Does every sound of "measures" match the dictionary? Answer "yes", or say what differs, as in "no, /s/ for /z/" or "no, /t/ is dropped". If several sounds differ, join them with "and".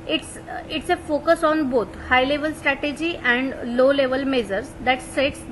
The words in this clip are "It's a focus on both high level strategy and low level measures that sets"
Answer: no, /z/ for /ʒ/